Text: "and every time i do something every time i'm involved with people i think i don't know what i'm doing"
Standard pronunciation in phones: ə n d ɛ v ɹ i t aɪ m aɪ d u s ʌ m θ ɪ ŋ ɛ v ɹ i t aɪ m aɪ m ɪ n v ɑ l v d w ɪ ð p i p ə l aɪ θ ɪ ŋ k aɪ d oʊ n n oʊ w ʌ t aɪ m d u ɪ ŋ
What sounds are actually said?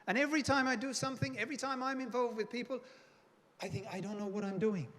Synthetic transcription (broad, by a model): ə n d ɛ v ɹ i t aɪ m aɪ d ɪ s ʌ m θ ɪ ŋ ɛ v ɹ i t aɪ m aɪ m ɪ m v ɑ l v d w ɪ ð p i p ə l aɪ θ ɪ ŋ k aɪ d oʊ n n oʊ w ʌ t aɪ m d u ɪ ŋ